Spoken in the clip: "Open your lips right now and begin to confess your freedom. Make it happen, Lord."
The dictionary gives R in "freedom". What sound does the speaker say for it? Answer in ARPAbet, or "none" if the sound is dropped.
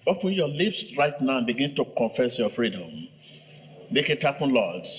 R